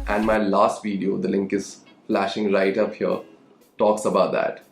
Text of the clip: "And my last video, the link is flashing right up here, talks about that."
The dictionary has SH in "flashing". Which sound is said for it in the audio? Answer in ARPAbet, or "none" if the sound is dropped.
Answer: SH